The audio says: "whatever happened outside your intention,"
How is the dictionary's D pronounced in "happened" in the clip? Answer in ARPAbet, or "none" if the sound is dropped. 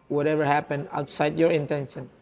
none